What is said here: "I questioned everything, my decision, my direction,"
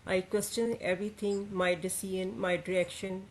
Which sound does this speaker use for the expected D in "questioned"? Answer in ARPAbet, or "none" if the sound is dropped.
none